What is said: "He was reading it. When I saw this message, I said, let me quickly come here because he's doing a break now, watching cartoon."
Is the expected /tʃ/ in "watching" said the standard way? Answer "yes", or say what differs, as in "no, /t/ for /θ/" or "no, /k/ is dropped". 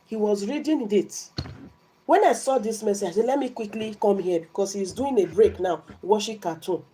no, /ʃ/ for /tʃ/